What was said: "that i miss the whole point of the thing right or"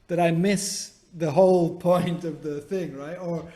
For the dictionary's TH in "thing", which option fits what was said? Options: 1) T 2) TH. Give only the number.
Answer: 2